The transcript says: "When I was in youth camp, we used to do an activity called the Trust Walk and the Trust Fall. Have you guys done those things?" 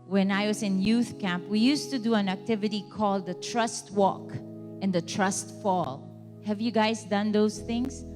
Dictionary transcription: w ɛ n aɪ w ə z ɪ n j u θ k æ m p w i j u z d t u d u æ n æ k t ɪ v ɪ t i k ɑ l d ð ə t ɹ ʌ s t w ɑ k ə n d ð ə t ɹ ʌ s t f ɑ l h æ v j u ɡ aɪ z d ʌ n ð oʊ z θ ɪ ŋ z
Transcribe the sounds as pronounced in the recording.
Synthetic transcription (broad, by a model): w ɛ n aɪ w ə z ɪ n j u θ k æ m p w i j u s t u d u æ n æ k t ɪ v ɪ t i k ɑ l d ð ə t ɹ ʌ s t w ɑ k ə n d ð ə t ɹ ʌ s t f ɑ l h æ v j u ɡ aɪ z d ʌ n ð oʊ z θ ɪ ŋ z